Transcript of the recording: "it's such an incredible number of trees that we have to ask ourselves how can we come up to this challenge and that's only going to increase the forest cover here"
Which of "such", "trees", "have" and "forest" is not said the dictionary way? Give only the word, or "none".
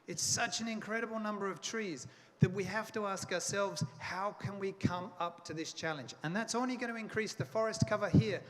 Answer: have